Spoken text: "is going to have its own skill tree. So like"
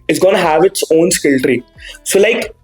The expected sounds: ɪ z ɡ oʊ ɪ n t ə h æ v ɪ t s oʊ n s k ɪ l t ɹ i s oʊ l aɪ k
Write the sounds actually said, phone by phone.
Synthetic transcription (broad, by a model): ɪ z ɡ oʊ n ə h æ v ɪ t s oʊ n s k ɪ l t ɹ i s oʊ l aɪ k